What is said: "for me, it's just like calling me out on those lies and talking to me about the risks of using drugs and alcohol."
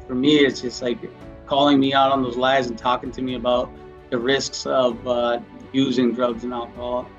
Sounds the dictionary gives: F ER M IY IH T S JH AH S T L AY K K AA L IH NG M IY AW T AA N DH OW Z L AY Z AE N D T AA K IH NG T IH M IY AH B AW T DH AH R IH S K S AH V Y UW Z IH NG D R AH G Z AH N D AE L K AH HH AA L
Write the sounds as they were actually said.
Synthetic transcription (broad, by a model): F ER M IY IH T S JH AH S T L AY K K AA L IH NG M IY AW T N DH OW Z L AY Z N T AA K IH NG T IH M IY AH B AW T DH AH R IH S K S AH V Y UW Z IH NG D R AH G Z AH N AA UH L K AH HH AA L